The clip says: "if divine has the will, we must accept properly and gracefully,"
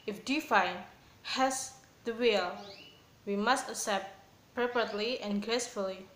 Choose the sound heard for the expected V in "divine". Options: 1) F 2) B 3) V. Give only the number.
1